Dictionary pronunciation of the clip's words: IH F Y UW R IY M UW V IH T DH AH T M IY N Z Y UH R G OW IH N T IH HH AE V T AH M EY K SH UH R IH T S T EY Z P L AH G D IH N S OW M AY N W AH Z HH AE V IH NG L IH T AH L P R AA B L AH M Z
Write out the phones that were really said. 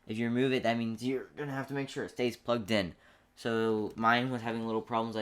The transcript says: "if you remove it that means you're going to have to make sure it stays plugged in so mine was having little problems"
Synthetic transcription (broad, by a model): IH F Y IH R IY M UW V IH T DH AH T M IY N Z Y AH R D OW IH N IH HH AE F T AH M EY K SH UH R IH T S T EY Z P L AH G D IH N S OW M AY N W AH Z HH AE V IH NG L IH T L P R AA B L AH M Z